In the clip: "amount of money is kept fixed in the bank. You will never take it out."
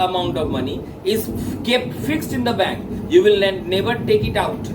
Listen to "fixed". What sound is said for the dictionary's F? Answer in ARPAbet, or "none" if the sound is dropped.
F